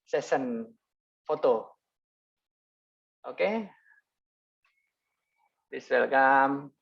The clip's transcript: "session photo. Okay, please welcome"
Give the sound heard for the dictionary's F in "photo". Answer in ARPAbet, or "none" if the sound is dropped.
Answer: F